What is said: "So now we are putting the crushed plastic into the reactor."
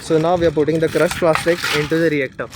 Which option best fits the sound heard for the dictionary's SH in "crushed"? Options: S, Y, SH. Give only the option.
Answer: S